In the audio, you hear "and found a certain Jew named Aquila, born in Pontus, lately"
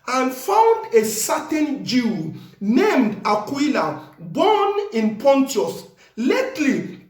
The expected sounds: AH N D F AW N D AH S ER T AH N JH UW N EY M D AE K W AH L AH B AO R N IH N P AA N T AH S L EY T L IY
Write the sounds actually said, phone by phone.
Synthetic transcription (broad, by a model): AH N F AW N D AH S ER T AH N JH UW N EY M D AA K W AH L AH B AO N IH N P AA N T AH S L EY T L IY